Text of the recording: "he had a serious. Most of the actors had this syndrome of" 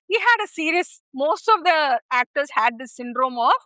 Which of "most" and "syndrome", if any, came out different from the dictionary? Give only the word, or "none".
none